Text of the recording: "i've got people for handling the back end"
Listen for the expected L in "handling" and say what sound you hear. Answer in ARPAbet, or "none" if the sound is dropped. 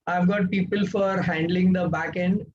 L